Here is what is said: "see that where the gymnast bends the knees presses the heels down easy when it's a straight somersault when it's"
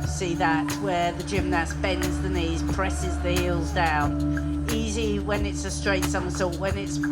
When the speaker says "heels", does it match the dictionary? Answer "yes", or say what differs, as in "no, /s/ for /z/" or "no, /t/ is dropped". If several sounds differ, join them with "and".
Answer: yes